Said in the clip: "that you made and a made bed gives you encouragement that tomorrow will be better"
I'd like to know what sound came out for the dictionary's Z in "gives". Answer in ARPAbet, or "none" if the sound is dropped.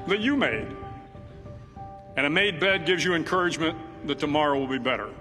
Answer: Z